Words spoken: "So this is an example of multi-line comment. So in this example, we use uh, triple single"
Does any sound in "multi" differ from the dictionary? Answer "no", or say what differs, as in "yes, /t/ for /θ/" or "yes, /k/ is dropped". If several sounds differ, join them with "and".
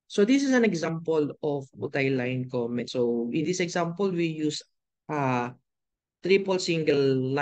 yes, /l/ is dropped